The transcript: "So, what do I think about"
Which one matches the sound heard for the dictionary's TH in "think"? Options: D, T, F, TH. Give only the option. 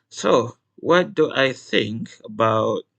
TH